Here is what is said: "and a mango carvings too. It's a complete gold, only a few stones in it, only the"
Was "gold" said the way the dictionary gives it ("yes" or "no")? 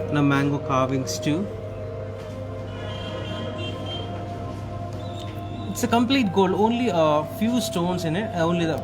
no